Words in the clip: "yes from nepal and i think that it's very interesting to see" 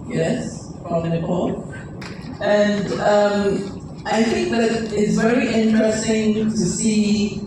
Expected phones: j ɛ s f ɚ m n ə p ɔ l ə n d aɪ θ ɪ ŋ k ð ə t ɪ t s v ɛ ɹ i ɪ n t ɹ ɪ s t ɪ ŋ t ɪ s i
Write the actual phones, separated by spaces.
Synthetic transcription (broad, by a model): j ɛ s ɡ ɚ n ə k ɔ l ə n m aɪ θ ɪ ŋ k ð ə t ɪ t s v ɛ ɹ i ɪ n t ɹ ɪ s t ɪ ŋ t ɪ s i